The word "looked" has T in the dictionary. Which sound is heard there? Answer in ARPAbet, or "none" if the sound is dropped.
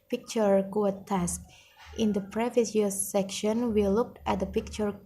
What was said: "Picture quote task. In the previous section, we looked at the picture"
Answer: T